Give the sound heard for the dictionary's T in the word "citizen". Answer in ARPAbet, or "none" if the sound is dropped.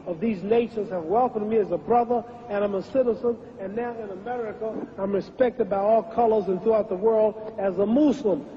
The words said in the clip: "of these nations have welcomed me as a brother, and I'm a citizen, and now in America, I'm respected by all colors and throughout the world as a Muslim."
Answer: T